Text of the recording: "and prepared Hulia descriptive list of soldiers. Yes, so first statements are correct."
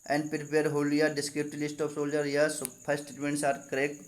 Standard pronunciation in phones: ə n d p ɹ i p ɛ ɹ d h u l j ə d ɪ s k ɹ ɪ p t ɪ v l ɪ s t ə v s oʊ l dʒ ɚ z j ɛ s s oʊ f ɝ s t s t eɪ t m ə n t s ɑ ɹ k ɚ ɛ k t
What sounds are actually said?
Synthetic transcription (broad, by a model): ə n d p ɹ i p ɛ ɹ d h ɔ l j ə d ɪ s k ɹ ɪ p t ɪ l ɪ s t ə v s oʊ l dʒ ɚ j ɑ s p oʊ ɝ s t s t eɪ t m ə n t s ɑ ɹ k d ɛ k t